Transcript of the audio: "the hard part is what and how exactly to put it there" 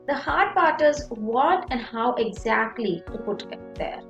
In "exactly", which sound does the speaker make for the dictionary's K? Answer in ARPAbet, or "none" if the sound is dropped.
K